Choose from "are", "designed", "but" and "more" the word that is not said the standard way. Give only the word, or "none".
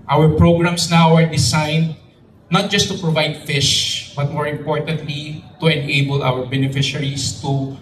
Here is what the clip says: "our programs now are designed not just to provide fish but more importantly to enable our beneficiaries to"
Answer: designed